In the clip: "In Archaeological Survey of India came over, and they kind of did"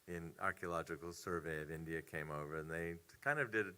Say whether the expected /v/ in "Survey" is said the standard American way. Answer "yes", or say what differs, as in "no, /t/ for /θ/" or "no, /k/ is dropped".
yes